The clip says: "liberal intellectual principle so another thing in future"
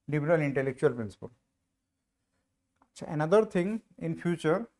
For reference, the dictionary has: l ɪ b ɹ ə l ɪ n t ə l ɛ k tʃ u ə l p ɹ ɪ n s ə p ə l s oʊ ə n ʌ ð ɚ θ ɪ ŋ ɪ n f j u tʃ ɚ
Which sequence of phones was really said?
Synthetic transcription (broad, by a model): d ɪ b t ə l ɪ n t ə l ɛ k tʃ u ə l p ɹ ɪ n s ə p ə l ʃ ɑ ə n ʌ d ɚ t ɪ ŋ ɪ n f j u tʃ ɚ